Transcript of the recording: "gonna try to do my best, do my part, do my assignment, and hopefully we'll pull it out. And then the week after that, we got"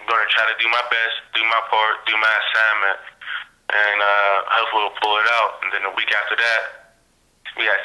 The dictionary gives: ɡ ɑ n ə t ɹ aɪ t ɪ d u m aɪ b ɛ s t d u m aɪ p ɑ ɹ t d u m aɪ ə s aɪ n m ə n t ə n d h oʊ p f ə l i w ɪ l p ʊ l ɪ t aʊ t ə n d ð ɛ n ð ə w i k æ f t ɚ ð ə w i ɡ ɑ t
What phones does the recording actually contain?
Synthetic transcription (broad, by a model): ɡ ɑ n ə t ɹ aɪ t ɪ d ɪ m aɪ b ɛ s t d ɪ m aɪ p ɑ ɹ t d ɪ m aɪ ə s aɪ m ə n t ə n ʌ h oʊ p f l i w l p ʊ l ɪ t aʊ t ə n ð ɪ n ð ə w i k æ f t ɚ ð ə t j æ